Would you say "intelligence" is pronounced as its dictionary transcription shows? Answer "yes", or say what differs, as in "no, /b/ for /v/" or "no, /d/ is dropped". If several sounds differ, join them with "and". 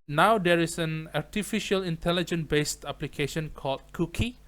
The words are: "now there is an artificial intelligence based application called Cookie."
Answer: no, /s/ is dropped